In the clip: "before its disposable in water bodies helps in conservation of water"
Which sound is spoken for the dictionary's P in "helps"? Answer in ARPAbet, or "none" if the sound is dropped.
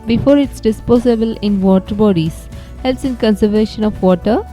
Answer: none